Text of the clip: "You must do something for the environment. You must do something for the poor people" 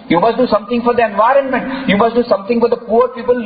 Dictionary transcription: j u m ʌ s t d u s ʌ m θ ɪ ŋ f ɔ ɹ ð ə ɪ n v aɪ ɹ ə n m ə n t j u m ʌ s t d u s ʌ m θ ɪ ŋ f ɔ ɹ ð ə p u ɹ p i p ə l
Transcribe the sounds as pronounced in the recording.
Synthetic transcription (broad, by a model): j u m ʌ s t d u s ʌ m t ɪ ŋ f ɔ ɹ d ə ɪ n v aɪ ɹ ə n m ə n t j u m ʌ s t d u s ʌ m t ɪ ŋ f ɔ ɹ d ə p u ɹ p i p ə l